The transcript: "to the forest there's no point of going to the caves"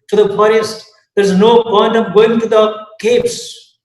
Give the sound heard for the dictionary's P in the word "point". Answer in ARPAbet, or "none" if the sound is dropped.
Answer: B